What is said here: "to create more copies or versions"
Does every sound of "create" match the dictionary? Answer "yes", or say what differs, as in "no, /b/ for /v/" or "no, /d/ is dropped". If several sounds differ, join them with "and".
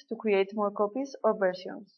no, /w/ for /ɹ/